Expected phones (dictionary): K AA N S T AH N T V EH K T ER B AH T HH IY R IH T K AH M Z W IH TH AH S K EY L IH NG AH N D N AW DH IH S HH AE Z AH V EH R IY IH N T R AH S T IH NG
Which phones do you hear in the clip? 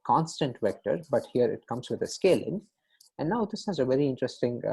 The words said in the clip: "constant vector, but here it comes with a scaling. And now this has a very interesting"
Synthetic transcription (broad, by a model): K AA N S T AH N T V EH K T ER B AH T HH IY R IH T K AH M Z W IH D AH S K EY L IH NG AH N D N AW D IH S HH AE Z AH V EH R IY IH N T R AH S T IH NG